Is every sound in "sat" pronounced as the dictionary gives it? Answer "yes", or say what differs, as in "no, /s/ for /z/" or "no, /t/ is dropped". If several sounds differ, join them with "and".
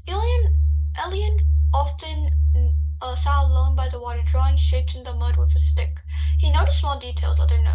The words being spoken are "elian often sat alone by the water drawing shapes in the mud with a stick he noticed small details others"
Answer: no, /t/ is dropped